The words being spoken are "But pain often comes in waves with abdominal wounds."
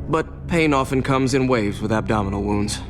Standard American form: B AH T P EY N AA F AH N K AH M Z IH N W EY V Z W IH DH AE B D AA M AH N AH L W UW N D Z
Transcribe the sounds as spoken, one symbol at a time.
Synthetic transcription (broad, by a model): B AH T P EY N AA F AH N K AH M Z IH N W EY V Z W IH DH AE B D AA M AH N L W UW N D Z